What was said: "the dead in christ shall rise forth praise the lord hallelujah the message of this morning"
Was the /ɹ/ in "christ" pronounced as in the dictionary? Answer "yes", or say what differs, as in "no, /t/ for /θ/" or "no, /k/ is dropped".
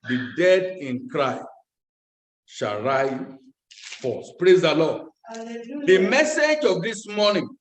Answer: yes